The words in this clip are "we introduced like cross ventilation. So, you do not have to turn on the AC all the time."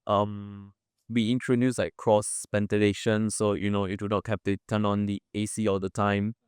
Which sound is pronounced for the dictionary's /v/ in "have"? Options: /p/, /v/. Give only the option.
/p/